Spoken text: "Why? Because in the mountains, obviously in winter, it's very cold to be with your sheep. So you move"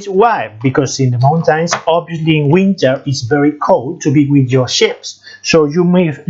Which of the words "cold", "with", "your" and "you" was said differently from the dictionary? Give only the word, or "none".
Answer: none